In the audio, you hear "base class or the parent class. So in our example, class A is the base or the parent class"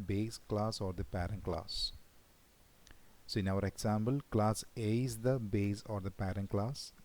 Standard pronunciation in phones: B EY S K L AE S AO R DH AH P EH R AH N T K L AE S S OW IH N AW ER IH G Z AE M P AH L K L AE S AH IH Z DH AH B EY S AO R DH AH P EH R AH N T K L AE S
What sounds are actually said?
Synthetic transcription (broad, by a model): B EY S K L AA S AO R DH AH P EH R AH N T K L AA S S OW IH N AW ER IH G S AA M B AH L K L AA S AH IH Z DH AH B EY S AO R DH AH P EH R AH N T K L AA S